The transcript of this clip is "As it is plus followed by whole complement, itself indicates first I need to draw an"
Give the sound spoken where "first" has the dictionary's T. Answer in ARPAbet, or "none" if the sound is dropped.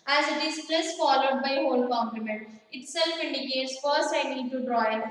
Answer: none